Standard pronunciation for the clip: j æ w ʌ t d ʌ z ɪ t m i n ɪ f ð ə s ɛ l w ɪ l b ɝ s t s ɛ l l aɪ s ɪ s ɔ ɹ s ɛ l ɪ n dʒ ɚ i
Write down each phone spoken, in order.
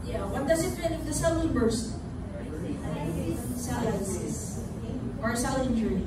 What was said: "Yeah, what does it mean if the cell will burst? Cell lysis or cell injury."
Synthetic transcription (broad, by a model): j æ w ʌ t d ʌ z ɪ t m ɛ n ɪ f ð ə s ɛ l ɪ n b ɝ s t s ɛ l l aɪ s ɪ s ɔ ɹ s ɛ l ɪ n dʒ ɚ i